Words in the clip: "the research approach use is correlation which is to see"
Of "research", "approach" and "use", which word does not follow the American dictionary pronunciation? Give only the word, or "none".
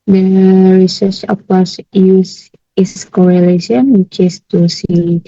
approach